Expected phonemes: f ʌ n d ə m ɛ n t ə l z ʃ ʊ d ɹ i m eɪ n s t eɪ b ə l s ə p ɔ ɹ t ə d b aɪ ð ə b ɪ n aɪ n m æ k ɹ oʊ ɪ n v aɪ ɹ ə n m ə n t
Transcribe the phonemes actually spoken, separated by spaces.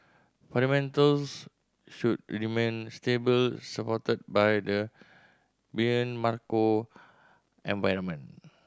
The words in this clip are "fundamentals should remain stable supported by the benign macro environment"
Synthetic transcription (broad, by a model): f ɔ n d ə m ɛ n t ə l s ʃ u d ɹ i m eɪ n s t eɪ b ə l s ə p ɔ t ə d b aɪ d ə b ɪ ʌ n m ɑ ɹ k oʊ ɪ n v aɪ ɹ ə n m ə n